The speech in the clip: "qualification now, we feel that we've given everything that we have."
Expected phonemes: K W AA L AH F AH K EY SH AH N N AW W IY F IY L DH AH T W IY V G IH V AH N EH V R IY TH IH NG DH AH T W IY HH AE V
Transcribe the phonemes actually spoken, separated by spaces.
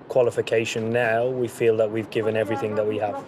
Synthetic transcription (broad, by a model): K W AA L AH F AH K EY SH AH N N AW W IY F IY L DH AH T W IY V G IH V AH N EH V R IY TH IH NG DH AH T W IY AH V